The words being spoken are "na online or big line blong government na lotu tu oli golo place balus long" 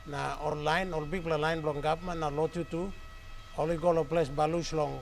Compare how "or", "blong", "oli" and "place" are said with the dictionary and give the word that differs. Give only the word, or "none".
or